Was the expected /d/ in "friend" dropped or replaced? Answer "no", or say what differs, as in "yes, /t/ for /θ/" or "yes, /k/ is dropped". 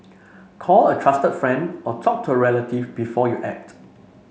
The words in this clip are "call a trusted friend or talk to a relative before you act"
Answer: no